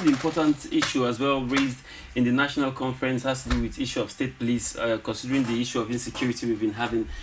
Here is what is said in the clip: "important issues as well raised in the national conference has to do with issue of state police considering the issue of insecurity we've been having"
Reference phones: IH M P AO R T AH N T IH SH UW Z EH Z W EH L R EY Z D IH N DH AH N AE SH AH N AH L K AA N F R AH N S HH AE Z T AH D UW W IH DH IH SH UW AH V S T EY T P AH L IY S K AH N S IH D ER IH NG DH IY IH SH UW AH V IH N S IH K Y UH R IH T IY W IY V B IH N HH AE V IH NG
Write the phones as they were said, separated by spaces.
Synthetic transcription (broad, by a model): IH M P AO T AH N T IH SH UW AH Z W EH L R EY Z D IH N DH AH N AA SH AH N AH L K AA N F R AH N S HH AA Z T AH D UW W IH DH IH SH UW AH V S T EY T P AH L IY S K AH N S IH D ER IH NG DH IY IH SH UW AH V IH N S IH K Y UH R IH T IY W IY V B IH N HH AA V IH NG